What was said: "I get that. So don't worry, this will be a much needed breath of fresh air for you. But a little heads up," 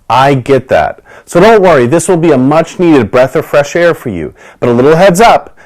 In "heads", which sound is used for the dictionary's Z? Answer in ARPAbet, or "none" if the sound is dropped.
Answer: Z